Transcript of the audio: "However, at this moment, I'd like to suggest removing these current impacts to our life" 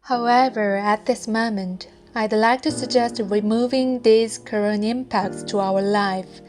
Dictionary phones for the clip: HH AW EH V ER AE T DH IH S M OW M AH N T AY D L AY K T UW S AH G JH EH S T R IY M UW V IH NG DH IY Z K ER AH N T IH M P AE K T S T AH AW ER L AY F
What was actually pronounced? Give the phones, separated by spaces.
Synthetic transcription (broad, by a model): HH AW EH V ER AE T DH IH S M OW M AH N T AY D L AY K T UW S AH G JH EH S T R IY M UW V IH NG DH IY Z K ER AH N IH M P AE K T S T AH AW ER L AY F